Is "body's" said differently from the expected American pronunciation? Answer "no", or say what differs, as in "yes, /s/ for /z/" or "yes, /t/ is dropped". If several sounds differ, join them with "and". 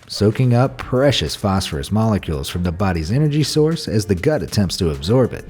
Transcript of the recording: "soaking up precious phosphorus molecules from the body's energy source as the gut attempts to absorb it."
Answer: no